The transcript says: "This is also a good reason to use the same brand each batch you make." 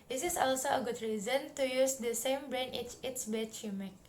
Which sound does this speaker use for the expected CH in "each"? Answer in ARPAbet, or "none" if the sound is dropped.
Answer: S